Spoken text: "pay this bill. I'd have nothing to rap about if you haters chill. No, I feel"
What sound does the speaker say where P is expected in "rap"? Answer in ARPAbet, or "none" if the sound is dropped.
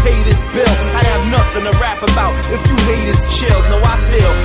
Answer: P